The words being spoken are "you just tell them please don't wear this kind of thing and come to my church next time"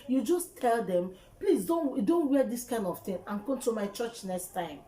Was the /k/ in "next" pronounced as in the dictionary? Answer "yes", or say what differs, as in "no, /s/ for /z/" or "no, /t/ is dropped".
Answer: yes